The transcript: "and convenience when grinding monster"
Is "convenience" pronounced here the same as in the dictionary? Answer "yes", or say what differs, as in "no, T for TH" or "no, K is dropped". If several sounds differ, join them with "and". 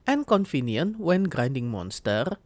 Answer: no, S is dropped